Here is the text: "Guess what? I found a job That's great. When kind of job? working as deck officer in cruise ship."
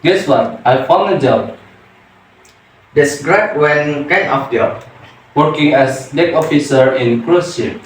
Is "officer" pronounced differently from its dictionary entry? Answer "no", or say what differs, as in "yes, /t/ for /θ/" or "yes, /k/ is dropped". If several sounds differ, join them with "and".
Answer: no